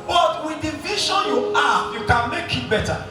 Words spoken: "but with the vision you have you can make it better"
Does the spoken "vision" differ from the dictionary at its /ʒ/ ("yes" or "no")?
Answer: yes